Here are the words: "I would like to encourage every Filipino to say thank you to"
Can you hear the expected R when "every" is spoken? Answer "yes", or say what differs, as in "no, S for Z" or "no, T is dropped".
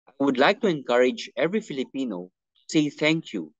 yes